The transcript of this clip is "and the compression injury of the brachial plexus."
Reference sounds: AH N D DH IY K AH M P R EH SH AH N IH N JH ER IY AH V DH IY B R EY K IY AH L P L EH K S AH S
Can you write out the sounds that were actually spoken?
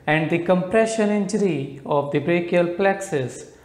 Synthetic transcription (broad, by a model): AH N D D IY K AH M P R EH SH AH N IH N JH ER IY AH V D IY B R EY K IY AH L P L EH K S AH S